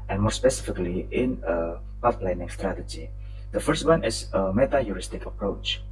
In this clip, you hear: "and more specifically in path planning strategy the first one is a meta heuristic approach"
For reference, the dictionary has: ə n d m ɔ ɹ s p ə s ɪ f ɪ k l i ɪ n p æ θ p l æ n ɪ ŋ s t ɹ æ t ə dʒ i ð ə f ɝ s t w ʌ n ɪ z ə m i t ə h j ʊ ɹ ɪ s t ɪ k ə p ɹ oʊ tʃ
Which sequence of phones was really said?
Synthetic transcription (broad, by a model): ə n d m ɔ ɹ s p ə s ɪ f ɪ k l i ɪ n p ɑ f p l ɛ n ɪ ŋ s t ɹ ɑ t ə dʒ i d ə f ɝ s t w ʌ n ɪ s ə m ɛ t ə j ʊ ɹ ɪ s t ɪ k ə p ɹ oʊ tʃ